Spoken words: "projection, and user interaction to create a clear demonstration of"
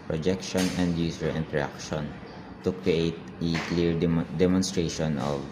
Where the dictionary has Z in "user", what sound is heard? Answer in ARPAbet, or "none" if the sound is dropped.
S